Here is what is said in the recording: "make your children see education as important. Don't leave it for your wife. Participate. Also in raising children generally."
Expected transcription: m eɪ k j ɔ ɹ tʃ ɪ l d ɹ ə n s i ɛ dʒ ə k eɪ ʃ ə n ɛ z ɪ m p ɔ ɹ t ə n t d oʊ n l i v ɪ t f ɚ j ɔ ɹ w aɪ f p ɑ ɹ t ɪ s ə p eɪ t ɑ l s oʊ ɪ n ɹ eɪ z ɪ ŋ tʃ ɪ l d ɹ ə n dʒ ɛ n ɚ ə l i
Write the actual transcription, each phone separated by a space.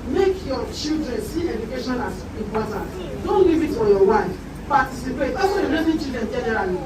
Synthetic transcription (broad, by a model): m eɪ k j ɔ tʃ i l d ɹ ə n s i ɛ dʒ ə k eɪ ʃ ə n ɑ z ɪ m p ɔ t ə n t d oʊ n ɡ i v ɪ t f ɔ j ɔ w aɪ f p ɑ t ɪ s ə p eɪ t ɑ s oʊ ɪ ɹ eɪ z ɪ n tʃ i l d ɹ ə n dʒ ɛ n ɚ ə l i